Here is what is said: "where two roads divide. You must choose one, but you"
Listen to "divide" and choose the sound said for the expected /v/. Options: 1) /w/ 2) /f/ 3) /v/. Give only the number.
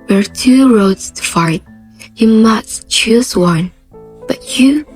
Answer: 2